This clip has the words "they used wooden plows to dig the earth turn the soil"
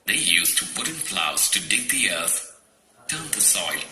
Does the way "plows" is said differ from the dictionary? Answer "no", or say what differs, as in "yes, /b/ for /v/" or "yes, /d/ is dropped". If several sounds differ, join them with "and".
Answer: yes, /f/ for /p/